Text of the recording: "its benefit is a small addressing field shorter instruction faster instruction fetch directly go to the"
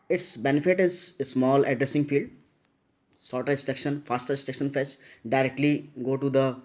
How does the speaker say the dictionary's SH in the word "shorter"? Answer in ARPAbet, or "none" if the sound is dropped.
S